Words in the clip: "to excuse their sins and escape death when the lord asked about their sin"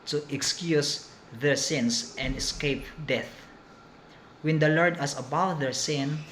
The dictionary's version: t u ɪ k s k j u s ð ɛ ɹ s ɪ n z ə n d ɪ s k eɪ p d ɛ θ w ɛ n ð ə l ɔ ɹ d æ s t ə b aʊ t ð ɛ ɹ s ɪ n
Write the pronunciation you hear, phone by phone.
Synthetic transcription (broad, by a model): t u ɪ k s k j u s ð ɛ ɹ s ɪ n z ə n d ɪ s k eɪ p d ɛ θ w ɛ n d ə l ɔ ɹ d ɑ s ə b aʊ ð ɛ ɹ s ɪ n